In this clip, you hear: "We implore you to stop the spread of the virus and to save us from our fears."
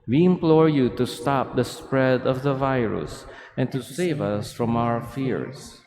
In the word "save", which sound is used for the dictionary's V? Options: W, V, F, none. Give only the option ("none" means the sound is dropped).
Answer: V